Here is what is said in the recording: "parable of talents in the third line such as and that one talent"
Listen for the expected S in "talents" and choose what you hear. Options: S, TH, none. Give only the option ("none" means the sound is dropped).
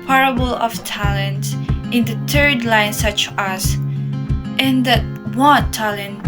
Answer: none